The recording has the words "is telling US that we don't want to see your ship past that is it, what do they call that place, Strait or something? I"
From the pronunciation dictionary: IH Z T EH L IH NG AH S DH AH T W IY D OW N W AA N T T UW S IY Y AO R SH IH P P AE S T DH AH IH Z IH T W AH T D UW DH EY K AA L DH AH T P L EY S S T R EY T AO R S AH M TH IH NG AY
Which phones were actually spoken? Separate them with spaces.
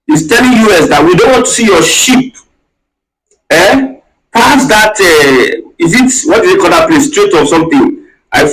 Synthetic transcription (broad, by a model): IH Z T EH L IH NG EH S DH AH T W IY D OW N W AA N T T UW S IY Y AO SH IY P P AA S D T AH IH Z IH T W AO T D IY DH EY K AA L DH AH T P L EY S S T R EY T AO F S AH M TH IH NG AY